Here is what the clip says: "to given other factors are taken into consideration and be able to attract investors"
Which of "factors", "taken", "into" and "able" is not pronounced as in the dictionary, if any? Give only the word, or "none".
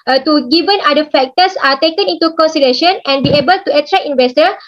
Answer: factors